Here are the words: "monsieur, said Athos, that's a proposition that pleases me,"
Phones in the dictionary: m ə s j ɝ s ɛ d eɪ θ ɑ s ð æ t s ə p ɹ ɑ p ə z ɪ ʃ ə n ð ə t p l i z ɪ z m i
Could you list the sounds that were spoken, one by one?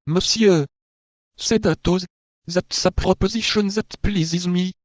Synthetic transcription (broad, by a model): m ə s j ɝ s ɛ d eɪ t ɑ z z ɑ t s ə p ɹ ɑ p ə z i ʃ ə n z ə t p l i z ɪ z m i